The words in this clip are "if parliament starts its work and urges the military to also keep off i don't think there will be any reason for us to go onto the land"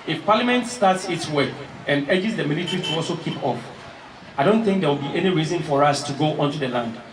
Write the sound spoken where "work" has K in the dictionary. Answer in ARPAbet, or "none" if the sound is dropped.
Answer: none